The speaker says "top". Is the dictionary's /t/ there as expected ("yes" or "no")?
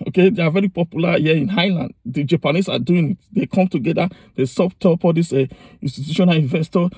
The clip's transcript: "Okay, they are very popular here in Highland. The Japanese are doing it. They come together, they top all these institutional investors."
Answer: no